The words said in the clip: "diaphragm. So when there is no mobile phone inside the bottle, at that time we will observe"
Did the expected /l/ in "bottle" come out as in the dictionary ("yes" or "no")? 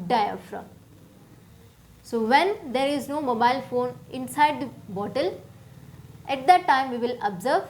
yes